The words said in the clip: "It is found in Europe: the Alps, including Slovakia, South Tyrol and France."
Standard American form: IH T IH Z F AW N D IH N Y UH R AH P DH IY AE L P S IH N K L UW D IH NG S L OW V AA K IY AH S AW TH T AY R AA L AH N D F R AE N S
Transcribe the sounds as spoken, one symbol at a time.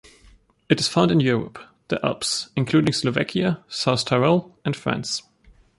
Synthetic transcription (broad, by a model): IH T IH Z F AW N D IH N Y UH R AH P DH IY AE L P S IH N K L UW D IH NG S L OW V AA K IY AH S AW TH T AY R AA L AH N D F R AE N S